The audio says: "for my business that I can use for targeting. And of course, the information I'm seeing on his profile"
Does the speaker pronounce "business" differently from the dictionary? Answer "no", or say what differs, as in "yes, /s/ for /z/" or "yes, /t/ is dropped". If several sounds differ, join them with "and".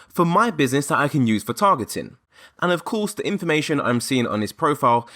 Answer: no